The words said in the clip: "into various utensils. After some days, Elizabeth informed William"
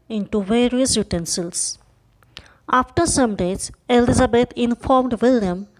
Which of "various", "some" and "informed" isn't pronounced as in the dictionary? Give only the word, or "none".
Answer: none